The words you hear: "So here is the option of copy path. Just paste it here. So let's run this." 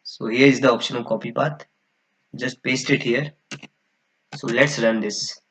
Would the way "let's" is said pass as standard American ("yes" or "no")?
yes